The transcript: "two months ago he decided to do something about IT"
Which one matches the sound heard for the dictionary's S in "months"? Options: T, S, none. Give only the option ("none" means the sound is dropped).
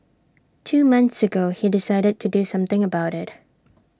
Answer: S